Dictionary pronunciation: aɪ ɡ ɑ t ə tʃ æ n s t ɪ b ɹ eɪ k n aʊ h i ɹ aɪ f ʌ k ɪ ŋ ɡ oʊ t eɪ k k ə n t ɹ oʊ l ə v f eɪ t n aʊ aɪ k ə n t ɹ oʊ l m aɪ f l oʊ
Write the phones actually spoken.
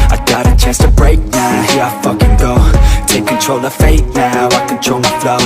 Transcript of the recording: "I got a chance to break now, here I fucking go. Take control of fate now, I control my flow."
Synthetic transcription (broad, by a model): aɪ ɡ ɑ t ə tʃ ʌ s t ɪ b ɹ eɪ k n aʊ h i ɹ aɪ f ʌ k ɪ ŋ ɡ oʊ t eɪ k k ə n t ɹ oʊ l ə v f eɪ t n aʊ aɪ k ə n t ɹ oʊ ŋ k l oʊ